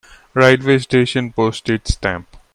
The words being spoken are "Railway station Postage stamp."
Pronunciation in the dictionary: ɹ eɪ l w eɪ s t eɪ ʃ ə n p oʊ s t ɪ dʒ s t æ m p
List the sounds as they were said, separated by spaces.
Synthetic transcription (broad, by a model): ɹ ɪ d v eɪ s t eɪ ʃ ə n p oʊ s t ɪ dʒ s t æ m p